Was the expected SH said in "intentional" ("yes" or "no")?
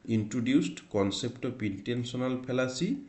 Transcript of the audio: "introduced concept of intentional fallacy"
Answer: no